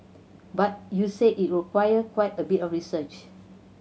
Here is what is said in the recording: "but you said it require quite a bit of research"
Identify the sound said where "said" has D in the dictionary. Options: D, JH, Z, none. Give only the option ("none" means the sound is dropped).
none